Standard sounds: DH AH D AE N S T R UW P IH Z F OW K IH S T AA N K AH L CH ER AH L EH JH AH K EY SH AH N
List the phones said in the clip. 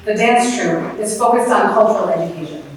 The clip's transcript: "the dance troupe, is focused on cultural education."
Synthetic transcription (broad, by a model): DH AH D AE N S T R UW IH S F OW K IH S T N K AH L CH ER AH L EH JH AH K EY SH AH N